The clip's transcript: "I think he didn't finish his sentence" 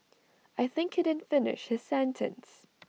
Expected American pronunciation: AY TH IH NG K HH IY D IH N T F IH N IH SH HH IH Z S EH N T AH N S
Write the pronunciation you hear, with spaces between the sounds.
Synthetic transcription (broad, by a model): AY TH IH NG K HH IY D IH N F IH N IH SH HH IH Z S EH N T AH N S